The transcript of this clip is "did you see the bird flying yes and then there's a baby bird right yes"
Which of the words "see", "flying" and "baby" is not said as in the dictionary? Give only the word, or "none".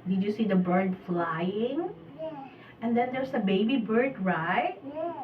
none